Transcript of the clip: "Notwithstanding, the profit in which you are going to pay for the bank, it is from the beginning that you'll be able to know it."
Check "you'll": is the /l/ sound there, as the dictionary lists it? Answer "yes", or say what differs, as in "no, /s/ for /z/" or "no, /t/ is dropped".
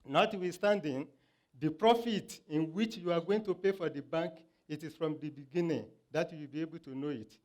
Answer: no, /w/ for /l/